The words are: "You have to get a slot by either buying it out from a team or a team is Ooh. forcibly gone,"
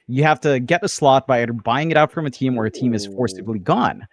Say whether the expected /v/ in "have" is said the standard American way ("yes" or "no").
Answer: no